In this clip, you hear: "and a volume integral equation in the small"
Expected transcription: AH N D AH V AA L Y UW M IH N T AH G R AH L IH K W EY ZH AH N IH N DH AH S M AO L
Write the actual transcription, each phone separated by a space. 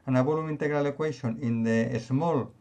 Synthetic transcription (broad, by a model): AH N AH B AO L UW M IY N T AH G R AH L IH K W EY SH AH N IH N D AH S M AO L